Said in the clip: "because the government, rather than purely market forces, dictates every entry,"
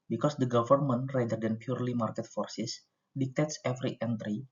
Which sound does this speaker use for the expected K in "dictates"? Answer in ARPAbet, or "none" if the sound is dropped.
K